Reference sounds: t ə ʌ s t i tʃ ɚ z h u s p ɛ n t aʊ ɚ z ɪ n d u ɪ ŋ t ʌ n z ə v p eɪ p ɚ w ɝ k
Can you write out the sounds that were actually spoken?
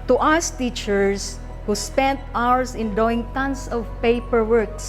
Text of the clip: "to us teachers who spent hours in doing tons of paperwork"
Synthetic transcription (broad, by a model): t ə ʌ s t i tʃ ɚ s h u s p ɛ n t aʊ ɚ s ɪ n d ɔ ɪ ŋ t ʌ n s ə v p eɪ p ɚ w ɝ k